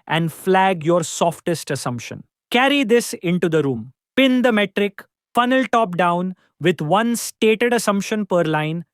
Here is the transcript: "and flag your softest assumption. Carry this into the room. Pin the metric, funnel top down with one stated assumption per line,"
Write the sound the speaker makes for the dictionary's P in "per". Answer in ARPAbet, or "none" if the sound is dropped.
P